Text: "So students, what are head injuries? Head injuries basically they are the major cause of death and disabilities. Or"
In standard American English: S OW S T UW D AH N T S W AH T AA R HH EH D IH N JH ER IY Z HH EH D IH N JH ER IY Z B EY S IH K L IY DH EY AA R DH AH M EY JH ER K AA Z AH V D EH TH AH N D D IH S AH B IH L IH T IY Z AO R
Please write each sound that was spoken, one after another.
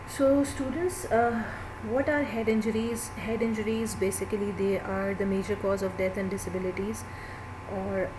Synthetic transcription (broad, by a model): S OW S T UW D AH N T S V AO T AA R HH EH D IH N JH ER IY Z HH EH D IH N JH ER IY Z B EY S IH K L IY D EY AA R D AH M EY JH ER K AA Z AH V D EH T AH N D D IH S AH B IH L IH T IY Z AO R